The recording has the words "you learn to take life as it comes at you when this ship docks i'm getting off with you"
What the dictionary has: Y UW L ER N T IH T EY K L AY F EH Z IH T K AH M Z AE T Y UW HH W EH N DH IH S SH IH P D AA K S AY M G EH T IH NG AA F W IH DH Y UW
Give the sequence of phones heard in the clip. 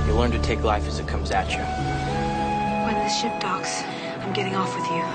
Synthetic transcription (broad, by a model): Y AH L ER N T IH T EY K L AY F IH Z IH T K AH M Z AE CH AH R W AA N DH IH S SH IH P D AA K S AY M G EH T IH NG AA F W IH DH Y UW